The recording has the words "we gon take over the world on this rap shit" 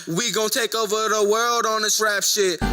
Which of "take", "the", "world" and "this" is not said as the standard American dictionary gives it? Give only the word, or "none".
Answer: none